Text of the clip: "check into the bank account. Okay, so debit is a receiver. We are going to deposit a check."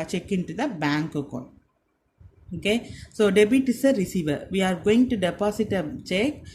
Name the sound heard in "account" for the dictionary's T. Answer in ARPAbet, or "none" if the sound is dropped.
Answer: none